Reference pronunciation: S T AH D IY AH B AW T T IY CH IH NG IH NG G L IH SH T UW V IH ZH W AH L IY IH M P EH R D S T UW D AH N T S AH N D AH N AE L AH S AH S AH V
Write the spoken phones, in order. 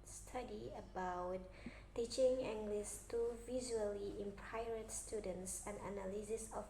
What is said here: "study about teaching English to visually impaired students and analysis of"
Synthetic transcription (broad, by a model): S T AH D IY AH B AW T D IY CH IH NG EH NG G L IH S T UW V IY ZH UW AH L IY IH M P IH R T S T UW D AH N T S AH N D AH N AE L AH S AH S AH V